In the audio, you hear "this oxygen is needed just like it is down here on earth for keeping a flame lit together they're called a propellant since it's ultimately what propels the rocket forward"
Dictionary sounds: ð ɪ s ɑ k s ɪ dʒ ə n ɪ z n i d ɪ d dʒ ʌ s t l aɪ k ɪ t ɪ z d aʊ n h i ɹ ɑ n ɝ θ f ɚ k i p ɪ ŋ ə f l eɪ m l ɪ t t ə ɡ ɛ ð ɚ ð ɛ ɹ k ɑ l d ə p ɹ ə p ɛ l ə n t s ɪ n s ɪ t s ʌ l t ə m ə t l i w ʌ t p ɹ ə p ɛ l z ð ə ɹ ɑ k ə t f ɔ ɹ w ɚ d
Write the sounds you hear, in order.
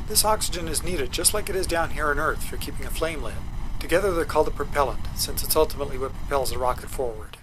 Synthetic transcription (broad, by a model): ð ɪ s ɑ k s ɪ dʒ ə n ɪ z n i d ɪ d dʒ ʌ s t l aɪ k ɪ t ɪ z d aʊ n h i ɹ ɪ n ɝ θ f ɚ k i p ɪ ŋ ə f l eɪ m l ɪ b t ə ɡ ɛ ð ɚ ð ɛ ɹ k ɑ l d ə p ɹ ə p ɛ l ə n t s ɪ n s ɪ t s ʌ l t ə m ə t l i w ʌ t p ɹ ə p ɛ l z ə ɹ ɑ k ə t f ɔ ɹ w ɚ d